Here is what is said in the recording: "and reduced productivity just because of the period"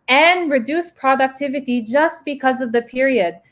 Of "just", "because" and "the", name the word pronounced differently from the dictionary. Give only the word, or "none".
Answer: none